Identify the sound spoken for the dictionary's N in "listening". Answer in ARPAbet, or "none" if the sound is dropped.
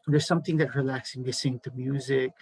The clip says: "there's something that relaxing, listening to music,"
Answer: none